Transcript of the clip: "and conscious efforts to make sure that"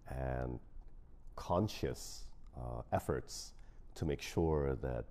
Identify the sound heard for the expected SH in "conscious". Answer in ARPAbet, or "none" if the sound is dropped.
SH